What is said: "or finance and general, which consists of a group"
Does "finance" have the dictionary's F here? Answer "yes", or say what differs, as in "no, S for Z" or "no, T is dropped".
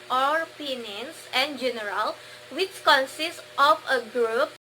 no, P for F